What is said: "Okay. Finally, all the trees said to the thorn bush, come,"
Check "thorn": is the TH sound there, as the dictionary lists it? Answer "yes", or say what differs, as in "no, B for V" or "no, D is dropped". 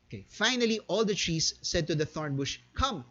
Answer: yes